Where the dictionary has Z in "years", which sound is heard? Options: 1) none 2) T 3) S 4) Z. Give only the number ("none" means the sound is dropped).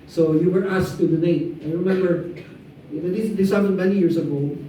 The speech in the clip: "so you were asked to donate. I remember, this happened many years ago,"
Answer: 3